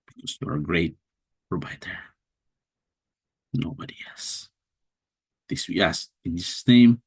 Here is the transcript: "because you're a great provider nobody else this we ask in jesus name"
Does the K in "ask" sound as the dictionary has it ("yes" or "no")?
no